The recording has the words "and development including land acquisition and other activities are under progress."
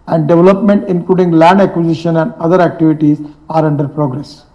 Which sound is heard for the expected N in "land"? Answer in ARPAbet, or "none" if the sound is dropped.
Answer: N